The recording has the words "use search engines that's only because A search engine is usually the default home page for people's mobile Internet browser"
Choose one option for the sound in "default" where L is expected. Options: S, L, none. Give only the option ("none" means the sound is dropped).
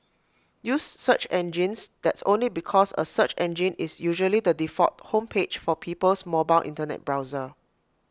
none